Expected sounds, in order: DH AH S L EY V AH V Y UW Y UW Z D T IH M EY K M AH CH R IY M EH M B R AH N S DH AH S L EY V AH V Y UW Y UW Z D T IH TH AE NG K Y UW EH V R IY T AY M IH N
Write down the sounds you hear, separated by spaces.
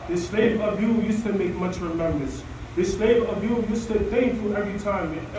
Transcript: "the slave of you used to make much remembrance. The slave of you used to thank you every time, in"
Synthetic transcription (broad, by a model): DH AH S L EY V AH V Y UW Y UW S T IH M EY K M AH CH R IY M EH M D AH S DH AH S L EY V AH V Y UW Y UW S T IH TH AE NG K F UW EH V R IY T AY M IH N